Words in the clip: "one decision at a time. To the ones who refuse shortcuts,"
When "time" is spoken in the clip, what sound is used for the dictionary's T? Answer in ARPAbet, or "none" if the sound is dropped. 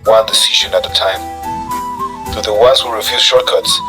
T